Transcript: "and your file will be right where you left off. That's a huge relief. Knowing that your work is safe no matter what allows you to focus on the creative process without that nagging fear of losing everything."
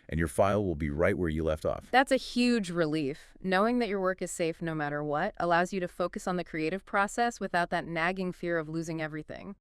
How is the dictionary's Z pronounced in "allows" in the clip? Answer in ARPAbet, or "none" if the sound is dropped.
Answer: Z